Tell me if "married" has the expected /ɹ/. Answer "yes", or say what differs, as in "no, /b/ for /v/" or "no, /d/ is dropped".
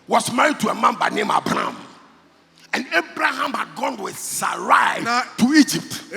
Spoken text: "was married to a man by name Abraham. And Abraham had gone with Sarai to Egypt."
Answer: yes